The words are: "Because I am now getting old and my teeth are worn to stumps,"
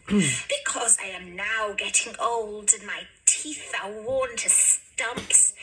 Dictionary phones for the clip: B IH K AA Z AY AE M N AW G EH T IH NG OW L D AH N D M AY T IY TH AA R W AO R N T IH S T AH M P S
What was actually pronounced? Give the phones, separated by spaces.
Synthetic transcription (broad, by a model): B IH K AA Z AY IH M N AW G EH T IH NG OW L D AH N M AY T IY TH AA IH W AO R N T IH S T AH M P S